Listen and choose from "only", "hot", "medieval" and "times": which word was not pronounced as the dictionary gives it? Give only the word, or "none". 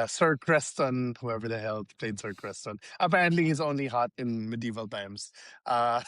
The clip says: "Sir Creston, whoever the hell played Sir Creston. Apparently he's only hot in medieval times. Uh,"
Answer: none